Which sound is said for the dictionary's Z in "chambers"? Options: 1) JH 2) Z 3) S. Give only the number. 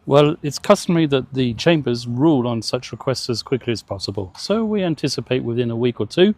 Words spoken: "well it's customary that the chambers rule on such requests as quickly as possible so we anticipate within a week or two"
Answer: 2